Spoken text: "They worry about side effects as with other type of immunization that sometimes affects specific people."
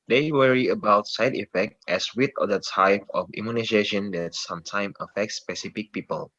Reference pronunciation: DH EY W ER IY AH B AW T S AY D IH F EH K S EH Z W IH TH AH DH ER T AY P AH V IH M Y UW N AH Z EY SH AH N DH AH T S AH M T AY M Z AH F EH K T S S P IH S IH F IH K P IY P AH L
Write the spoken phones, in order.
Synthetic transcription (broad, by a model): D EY W ER IY AH B AW T S AY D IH F EH K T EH S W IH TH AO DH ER T AY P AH F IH M Y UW N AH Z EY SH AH N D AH T S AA M T AY M AH F EH K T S S P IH S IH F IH K P IY P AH L